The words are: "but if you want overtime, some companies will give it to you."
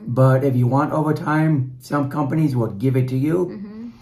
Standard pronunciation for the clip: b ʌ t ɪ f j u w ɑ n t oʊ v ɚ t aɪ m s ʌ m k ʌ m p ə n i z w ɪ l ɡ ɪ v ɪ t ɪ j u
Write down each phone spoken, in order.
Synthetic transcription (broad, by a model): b ʌ t ɪ f j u w ɑ n t oʊ v ɚ t aɪ m s ʌ m k ʌ m p ə n i z w ɪ l ɡ ɪ v ɪ t ɪ j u